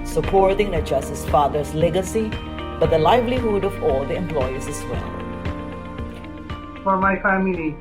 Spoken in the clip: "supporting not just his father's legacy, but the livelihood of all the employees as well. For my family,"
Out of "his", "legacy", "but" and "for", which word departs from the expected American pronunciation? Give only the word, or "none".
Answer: his